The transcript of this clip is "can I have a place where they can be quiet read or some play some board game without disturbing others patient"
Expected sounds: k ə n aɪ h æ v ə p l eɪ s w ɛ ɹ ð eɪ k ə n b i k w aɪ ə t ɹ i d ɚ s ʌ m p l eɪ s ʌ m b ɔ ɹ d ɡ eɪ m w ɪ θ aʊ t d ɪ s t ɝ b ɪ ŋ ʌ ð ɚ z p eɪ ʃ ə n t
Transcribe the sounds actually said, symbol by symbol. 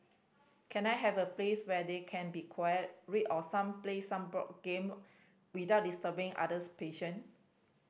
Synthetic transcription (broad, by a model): k ə n aɪ h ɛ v ə p l eɪ s w ɛ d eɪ k ə n b i k w aɪ ə t ɹ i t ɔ s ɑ m p l eɪ s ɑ m b ɔ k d ɡ eɪ m w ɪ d aʊ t d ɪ s t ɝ b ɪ ŋ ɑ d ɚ s p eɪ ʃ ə n